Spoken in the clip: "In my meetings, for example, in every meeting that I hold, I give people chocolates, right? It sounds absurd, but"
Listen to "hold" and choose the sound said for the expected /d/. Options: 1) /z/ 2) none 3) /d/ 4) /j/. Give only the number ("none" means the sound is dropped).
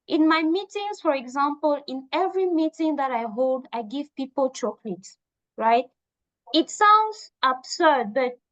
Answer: 3